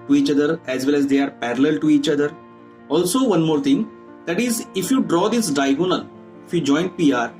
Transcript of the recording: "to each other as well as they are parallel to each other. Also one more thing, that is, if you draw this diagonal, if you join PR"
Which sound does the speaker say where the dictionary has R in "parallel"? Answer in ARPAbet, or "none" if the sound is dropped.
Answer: R